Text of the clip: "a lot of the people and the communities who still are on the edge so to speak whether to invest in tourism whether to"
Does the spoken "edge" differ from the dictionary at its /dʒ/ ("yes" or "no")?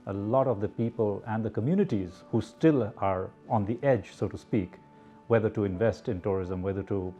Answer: no